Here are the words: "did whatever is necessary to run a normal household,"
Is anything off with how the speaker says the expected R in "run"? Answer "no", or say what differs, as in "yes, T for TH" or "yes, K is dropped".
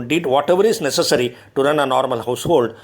no